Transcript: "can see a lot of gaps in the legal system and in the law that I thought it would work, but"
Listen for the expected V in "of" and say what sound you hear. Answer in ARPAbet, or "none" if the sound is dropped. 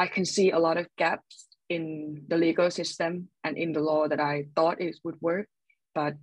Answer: V